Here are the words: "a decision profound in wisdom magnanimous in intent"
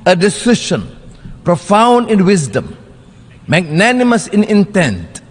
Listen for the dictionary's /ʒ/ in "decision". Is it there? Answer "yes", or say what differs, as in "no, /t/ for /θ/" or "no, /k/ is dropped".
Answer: no, /ʃ/ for /ʒ/